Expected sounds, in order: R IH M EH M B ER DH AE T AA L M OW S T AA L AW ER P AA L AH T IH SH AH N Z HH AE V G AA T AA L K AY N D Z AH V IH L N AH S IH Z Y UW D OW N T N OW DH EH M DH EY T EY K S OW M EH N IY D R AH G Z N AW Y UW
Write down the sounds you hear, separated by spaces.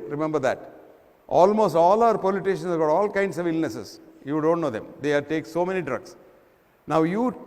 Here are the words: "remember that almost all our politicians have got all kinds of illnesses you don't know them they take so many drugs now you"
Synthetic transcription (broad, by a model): R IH M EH M B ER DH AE T AA L M OW S T AA L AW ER P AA L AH T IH SH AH N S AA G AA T AA L K AY N D S AH V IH L N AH S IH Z Y UW D OW N T N OW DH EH M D EY T EY K S OW M EH N IY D R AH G S N AW Y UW